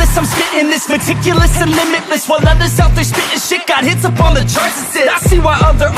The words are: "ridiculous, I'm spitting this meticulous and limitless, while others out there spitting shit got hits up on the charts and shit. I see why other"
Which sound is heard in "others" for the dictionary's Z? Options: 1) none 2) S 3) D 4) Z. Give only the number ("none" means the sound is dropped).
2